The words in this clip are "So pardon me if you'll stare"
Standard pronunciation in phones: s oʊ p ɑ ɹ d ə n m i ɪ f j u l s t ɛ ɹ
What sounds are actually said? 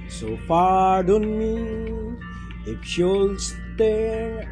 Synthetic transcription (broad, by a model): s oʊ f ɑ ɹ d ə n m i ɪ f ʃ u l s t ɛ